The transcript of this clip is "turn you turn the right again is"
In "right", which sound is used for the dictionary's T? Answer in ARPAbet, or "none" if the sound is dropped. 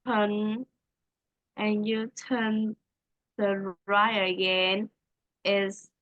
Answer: none